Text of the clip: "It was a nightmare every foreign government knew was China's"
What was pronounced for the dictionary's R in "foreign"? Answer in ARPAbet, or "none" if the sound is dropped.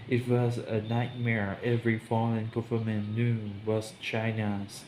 none